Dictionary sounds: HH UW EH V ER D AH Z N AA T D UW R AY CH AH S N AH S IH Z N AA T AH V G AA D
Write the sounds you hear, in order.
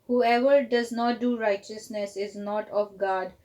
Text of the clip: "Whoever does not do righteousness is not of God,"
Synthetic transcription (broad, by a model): HH UW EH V ER D AH Z N AA T D UW R AY CH AH S N AH S IH Z N AA T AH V G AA D